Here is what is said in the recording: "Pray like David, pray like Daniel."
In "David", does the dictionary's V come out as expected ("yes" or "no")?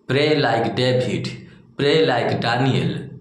no